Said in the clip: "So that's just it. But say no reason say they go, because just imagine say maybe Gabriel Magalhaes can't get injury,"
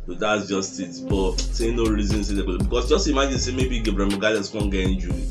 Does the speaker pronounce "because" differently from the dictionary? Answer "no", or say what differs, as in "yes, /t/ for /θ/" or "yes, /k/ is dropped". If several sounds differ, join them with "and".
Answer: yes, /s/ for /z/